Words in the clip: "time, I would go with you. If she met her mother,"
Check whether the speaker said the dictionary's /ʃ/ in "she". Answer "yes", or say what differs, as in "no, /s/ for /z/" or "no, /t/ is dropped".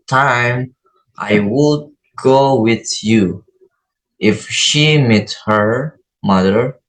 yes